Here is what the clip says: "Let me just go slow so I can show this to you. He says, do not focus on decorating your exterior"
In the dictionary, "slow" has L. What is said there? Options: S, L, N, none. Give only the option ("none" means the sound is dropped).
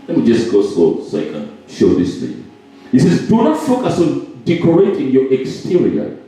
none